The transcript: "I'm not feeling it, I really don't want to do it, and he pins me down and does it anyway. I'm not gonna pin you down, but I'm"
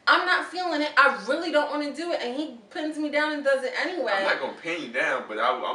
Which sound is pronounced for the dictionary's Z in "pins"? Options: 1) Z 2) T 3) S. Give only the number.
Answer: 1